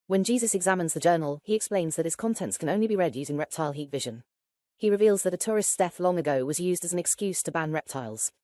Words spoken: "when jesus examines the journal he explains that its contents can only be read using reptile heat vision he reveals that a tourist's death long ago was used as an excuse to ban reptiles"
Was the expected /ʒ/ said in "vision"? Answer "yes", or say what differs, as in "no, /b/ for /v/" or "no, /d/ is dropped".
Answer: yes